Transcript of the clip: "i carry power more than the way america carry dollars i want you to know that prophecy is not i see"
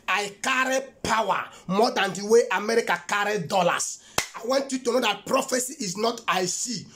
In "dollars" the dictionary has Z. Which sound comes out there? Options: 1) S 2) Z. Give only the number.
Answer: 1